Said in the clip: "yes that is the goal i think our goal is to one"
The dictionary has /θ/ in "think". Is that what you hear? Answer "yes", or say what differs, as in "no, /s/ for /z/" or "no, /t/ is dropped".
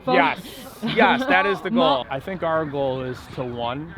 yes